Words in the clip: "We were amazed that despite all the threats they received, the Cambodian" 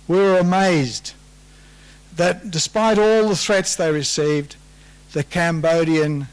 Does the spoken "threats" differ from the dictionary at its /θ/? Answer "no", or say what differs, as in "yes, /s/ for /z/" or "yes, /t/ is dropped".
no